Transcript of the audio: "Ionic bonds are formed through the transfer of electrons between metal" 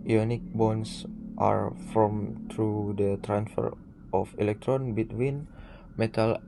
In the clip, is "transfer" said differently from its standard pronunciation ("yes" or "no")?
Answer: no